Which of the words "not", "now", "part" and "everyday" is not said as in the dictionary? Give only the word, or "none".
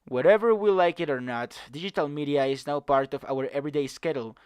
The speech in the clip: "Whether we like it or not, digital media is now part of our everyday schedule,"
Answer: none